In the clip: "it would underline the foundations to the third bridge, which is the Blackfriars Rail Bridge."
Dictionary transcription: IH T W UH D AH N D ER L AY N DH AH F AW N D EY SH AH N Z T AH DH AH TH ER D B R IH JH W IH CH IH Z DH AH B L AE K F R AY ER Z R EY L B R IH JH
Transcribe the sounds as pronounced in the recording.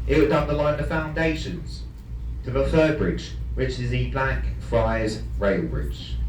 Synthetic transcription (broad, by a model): IH T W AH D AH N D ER L AY N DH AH F AW N D EY SH AH N Z T AH DH AH F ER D B R IH JH W IH CH IH Z DH AH B L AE K F R AY Z R EY L B R IH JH